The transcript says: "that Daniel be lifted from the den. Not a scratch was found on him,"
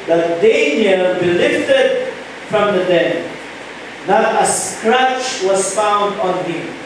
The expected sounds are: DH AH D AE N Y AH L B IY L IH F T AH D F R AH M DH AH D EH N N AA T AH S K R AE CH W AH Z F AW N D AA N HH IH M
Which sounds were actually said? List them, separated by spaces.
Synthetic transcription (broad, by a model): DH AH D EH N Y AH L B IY L IH F T AH D F R AH M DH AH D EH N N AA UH AH S K R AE CH W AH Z F AW N D AA N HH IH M